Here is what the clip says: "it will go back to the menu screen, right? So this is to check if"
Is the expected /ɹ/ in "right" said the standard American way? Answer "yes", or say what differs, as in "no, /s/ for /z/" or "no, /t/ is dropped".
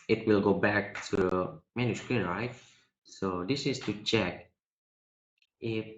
yes